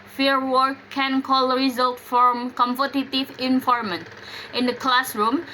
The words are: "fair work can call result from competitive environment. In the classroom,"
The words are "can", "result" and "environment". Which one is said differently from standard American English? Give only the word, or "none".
environment